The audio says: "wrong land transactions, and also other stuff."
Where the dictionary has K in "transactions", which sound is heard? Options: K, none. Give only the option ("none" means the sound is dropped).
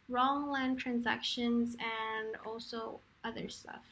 K